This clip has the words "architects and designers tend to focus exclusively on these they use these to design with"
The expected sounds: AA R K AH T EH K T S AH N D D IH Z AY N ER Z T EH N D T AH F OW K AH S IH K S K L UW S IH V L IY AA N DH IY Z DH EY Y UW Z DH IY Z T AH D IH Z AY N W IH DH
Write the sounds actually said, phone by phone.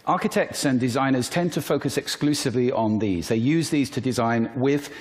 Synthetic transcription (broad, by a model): AA K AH T EH K T S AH N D D IH Z AY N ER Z T EH N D T AH F OW K AH S IH K S K L UW S IH V L IY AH N DH IY Z DH EY Y UW Z DH IY Z T AH D IH Z AY N W IH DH